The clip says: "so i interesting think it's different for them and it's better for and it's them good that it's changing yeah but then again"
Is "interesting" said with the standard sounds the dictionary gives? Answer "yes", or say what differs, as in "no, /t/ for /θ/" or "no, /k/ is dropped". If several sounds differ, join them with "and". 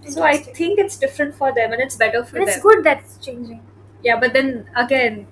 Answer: no, /s/ is dropped